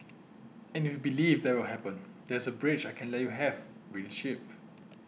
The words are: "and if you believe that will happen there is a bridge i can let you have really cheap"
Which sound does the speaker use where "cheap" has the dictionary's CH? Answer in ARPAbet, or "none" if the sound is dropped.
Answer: SH